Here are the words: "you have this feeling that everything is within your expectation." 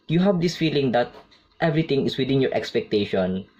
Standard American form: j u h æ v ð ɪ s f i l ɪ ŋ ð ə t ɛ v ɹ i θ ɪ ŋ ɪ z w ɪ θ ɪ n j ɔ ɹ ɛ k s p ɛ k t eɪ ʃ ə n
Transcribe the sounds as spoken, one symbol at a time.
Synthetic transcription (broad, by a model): j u h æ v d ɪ s f i l ɪ ŋ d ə t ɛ v ɹ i t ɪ ŋ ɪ s w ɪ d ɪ n j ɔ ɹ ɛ k s p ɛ k t eɪ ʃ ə n